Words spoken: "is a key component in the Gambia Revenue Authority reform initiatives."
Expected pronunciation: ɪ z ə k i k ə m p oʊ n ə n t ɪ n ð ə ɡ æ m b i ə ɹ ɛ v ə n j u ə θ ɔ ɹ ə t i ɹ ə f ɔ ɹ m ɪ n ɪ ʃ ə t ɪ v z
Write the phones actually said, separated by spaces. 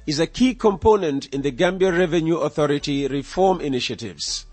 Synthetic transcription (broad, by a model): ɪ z ə k i k ə m p oʊ n ə n t ɪ n ð ə ɡ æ m b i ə ɹ ɛ v ə n j u ə θ ɔ ɹ ə t i ɹ ə f ɔ ɹ m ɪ n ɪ ʃ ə t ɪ v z